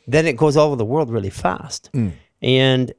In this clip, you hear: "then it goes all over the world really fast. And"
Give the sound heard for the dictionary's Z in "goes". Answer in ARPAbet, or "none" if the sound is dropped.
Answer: Z